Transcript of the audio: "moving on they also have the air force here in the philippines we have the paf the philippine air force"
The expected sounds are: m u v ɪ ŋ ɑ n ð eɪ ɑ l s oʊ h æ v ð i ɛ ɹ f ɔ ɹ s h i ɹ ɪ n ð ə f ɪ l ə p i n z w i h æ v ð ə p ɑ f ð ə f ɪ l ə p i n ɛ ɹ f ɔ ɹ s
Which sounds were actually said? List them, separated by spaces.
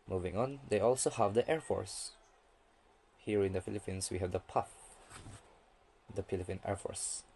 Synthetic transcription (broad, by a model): m u v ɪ ŋ ɑ n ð eɪ ɑ l s oʊ h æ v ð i ɛ ɹ f ɔ ɹ s h i ɹ ɪ n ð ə f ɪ l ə p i n s w i h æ v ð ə p ɑ f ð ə p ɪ l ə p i n ɛ ɹ f ɔ ɹ s